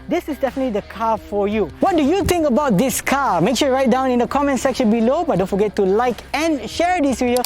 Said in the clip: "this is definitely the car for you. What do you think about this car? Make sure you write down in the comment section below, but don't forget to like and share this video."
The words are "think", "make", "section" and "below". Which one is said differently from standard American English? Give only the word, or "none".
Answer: think